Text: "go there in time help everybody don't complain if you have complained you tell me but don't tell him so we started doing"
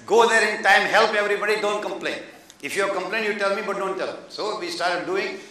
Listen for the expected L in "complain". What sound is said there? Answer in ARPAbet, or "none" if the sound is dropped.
L